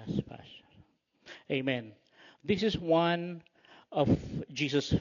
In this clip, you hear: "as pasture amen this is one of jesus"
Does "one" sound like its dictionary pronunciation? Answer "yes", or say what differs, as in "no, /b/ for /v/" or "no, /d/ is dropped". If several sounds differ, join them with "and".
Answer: yes